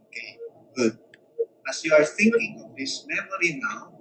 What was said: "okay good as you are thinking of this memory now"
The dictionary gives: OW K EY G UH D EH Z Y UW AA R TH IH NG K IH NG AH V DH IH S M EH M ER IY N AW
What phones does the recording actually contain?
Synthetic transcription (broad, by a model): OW K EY G UH D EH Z Y UW AA R TH IH NG K IH NG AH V DH IH S M EH M ER IY N AW